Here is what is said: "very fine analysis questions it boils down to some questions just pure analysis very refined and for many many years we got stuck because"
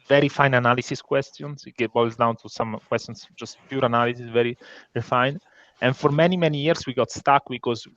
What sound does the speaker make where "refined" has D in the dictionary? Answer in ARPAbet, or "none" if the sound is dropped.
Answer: none